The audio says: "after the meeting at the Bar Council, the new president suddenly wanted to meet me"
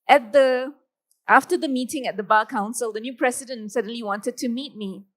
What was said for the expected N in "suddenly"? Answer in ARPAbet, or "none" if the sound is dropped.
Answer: N